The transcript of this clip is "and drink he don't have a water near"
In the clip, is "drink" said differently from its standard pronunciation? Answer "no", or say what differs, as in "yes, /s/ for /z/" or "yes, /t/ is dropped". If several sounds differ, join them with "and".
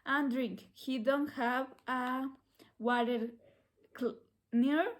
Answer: no